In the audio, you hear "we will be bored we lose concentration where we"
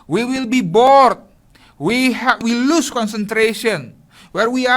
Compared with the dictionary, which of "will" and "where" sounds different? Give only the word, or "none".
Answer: none